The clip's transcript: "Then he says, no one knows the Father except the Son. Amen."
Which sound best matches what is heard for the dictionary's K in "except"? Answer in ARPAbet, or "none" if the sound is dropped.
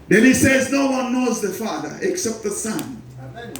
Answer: K